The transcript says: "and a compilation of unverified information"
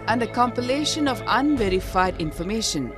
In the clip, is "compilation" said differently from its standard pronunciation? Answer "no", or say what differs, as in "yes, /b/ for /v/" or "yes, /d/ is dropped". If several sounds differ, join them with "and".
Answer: no